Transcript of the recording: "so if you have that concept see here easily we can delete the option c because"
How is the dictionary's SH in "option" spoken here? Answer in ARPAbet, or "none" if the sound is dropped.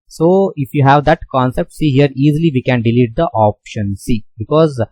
SH